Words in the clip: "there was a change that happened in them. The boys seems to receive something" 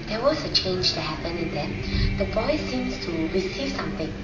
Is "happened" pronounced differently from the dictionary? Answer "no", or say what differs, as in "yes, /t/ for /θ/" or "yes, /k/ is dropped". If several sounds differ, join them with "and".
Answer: yes, /d/ is dropped